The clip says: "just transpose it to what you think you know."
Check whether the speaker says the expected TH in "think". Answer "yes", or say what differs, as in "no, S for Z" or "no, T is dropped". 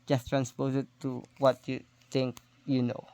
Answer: no, T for TH